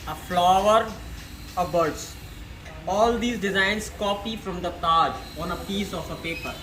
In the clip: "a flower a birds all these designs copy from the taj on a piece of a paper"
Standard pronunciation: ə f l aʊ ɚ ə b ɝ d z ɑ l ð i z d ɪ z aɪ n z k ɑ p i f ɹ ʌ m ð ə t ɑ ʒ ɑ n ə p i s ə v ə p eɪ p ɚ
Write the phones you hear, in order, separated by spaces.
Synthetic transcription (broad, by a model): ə f l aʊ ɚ ə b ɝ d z ɑ l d i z d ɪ z aɪ n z k ɑ p i f ɹ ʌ m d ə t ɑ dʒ ɑ n ə p i s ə f ə p eɪ p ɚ